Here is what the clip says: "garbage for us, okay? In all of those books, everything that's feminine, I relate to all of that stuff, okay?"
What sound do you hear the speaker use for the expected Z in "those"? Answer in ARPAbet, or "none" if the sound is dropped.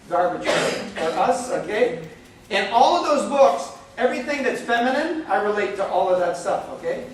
Z